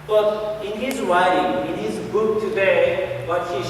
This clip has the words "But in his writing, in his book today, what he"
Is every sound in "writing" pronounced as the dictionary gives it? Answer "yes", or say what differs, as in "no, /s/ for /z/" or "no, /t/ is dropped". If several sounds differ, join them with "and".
no, /w/ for /ɹ/